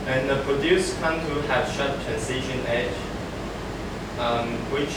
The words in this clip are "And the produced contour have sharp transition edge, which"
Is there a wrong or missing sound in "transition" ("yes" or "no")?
yes